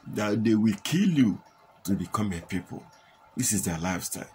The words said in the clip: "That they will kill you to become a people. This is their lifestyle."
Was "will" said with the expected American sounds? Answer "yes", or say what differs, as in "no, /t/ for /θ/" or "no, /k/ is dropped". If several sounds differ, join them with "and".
yes